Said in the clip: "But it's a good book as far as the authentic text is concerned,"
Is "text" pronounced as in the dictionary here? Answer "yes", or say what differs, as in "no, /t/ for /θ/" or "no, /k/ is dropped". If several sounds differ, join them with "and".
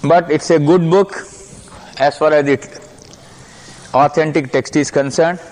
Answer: yes